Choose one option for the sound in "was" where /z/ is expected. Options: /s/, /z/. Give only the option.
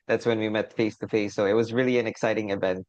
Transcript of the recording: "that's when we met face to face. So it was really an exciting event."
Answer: /z/